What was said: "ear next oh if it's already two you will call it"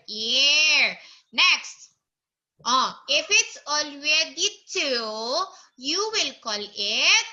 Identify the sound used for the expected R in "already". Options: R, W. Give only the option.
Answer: W